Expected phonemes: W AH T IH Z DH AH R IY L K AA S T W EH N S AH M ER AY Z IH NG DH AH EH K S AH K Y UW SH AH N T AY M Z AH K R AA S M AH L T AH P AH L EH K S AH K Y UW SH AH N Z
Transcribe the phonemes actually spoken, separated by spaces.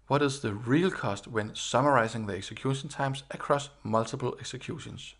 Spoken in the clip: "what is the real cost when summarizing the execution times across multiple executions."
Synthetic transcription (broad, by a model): W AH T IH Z DH AH R IY L K AA S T W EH N S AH M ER AY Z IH NG DH AH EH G S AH K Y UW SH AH N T AY M S AH K R AA S M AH L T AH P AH L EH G S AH K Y UW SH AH N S